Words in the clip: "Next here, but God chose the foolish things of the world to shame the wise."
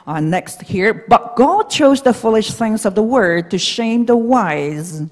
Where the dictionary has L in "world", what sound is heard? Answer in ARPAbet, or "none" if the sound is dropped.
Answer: none